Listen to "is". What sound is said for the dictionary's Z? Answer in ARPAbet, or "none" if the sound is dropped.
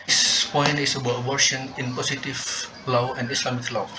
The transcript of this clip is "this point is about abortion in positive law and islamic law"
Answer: S